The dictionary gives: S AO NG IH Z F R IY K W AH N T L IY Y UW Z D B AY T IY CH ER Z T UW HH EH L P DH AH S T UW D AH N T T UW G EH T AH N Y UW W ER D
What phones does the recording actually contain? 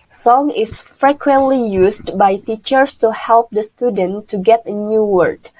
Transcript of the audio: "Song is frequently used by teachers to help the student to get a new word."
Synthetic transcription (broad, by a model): S AO NG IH S F R IY K W AH N T L IY Y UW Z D B AY T IY CH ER S T UW HH EH L P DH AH S T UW D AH N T T UW G EH T AH N Y UW W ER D